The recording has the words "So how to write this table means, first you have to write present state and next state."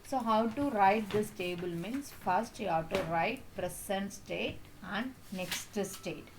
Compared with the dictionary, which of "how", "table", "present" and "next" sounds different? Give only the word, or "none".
present